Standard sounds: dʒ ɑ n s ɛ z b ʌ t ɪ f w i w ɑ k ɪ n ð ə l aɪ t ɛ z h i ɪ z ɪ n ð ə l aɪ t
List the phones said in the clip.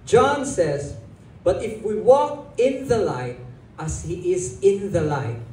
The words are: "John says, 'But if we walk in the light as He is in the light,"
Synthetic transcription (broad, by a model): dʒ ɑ n s ɛ z b ʌ t ɪ f w i w ɑ k ɪ n ð ə l aɪ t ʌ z h i ɪ z ɪ n ð ə l aɪ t